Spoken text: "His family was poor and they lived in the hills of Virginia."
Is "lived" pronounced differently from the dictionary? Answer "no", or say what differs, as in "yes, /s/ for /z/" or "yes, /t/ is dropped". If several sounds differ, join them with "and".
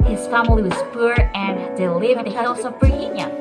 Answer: yes, /d/ is dropped